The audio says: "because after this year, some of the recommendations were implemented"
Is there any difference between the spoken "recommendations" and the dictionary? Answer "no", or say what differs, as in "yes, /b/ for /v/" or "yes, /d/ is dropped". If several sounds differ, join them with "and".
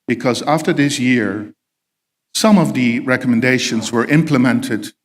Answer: no